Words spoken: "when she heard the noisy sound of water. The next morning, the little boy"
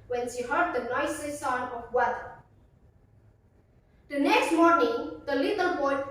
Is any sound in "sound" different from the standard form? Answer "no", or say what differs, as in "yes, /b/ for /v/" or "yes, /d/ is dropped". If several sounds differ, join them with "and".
yes, /d/ is dropped